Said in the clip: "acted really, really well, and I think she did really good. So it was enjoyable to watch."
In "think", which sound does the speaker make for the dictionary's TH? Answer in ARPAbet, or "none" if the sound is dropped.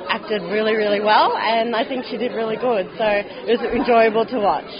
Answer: TH